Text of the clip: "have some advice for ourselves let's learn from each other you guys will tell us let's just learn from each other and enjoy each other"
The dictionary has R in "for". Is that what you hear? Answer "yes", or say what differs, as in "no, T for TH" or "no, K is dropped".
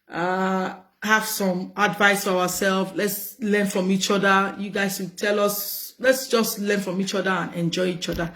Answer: no, W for R